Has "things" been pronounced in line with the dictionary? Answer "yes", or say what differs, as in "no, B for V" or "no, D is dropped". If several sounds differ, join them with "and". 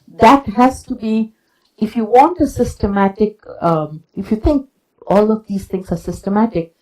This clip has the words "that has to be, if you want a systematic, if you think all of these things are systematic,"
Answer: no, T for TH